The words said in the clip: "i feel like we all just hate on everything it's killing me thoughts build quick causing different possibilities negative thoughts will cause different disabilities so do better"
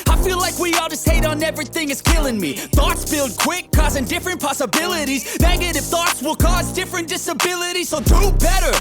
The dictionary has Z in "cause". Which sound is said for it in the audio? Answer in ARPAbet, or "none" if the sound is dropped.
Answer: Z